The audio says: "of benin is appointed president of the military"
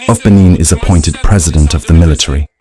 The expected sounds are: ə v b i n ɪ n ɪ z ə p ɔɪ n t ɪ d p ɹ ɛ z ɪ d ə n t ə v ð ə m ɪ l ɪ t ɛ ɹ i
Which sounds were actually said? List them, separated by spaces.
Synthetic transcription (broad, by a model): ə v b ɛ n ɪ n ɪ z ə p ɔɪ n t ɪ d p ɹ ɛ z ɪ d ə n t ə v ð ə m ɪ l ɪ t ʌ ɹ i